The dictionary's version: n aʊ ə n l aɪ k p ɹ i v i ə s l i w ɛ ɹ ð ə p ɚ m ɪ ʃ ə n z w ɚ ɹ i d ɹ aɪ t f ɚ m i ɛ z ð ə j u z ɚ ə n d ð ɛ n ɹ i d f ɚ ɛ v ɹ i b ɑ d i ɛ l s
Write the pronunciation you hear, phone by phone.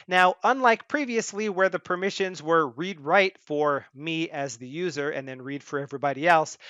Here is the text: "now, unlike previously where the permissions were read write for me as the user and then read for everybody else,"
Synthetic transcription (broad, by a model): n aʊ ə n l aɪ k p ɹ i v i ə s l i w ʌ ɹ ð ə p ɚ m ɪ ʃ ə n z w ɚ ɹ i d ɹ aɪ t f ɚ m i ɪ z ð ə j u z ɚ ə n ð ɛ n ɹ i d f ɚ ɛ v ɹ i b ɑ d i ɛ l s